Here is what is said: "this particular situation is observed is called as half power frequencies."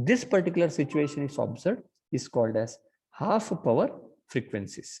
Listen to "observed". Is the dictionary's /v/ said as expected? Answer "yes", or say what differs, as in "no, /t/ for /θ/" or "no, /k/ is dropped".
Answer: no, /v/ is dropped